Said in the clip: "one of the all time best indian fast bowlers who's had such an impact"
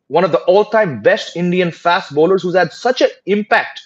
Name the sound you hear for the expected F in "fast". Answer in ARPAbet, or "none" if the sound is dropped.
F